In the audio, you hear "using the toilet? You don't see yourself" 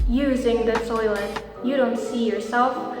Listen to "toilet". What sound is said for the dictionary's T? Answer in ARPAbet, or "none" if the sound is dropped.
S